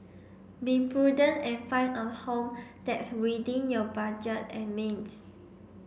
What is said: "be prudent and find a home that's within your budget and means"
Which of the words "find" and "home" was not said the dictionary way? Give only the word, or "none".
find